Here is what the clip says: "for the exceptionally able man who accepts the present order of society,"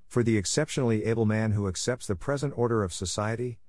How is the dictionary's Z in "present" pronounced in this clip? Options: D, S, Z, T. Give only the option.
Z